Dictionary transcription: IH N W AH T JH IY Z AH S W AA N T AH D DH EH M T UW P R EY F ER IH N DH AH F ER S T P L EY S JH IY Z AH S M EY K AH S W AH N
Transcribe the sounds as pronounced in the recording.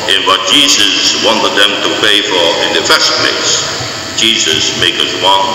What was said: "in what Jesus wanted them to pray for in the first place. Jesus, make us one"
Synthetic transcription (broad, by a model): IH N W AH T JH IY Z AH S W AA N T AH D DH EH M T UW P EY F ER IH N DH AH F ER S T P L EY S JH IY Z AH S M EY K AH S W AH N